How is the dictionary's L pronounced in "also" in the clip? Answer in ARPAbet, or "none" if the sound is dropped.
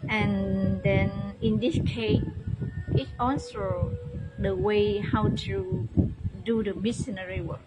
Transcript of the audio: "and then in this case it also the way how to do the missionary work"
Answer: N